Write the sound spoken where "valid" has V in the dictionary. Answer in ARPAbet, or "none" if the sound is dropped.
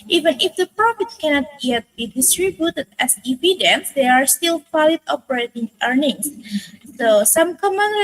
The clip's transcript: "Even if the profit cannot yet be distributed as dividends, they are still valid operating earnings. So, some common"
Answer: F